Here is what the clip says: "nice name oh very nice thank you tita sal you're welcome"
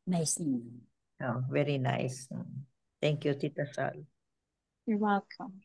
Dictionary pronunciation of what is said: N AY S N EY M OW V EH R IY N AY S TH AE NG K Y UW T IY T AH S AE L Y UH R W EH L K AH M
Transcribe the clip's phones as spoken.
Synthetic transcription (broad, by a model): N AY S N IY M OW V EH R IY N AY S T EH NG K Y UW T IY T AH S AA L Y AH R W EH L K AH M